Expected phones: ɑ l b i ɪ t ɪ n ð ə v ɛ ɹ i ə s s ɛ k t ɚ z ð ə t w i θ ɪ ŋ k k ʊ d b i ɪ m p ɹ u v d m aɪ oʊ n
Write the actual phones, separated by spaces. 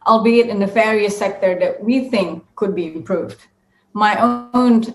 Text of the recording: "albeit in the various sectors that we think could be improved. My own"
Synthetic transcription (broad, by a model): ɑ l b i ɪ t ɪ n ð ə f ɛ ɹ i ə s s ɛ k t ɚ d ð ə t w i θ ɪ ŋ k k ʊ d b i ɪ m p ɹ u v d m aɪ oʊ n